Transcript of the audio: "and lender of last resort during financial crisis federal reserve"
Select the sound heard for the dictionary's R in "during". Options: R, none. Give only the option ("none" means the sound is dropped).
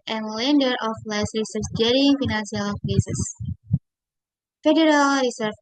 none